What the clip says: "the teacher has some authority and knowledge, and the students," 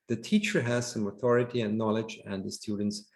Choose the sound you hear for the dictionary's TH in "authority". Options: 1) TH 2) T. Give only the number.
1